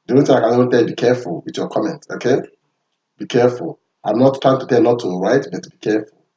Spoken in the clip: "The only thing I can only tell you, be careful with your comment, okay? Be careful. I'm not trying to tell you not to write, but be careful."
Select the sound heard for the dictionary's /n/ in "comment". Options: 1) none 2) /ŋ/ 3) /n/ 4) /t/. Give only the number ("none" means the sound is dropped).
3